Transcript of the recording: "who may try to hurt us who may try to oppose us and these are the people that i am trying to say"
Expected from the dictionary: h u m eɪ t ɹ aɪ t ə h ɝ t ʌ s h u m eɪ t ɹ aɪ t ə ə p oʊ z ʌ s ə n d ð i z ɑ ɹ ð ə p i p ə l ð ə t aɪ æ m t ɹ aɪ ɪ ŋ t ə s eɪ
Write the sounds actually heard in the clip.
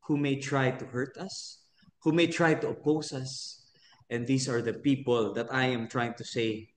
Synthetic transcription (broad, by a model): h u m eɪ t ɹ aɪ t ə h ɝ t ʌ s h u m eɪ t ɹ aɪ t ə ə p oʊ s ʌ s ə n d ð i s ɑ ɹ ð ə p i p ə l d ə t aɪ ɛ m t ɹ aɪ ɪ ŋ t ə s eɪ